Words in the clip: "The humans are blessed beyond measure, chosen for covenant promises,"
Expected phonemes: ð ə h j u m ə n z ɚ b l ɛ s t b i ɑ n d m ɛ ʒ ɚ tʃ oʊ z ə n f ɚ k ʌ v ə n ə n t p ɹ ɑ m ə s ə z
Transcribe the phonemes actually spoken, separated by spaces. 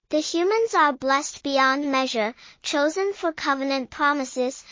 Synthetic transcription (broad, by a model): ð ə h j u m ə n z ɚ b l ɛ s t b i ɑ n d m ɛ ʒ ɚ tʃ oʊ z ə n f ɚ k ʌ v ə n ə n p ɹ ɑ m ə s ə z